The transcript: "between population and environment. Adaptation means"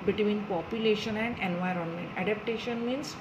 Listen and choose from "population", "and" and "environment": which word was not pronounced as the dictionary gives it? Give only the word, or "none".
none